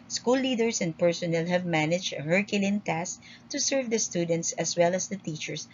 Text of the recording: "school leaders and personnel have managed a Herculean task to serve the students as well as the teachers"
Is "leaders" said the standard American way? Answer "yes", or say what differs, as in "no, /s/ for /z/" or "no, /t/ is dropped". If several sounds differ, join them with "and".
no, /s/ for /z/